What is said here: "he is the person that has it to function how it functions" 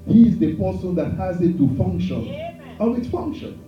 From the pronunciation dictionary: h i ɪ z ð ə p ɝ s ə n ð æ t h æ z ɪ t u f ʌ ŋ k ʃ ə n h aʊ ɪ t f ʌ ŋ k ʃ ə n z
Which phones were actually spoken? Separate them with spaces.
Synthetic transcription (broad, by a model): h i ɪ z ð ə p ɝ s ə n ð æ t h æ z ɪ t u f ʌ ŋ k ʃ ə n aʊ ɪ t f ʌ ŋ k ʃ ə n